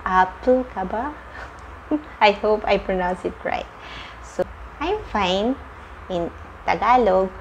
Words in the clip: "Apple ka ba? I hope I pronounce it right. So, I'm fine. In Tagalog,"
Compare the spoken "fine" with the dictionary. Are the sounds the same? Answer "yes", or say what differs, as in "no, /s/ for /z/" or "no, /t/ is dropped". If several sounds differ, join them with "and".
yes